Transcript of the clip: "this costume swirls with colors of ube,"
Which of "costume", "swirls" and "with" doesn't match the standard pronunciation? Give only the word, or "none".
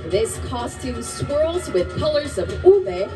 none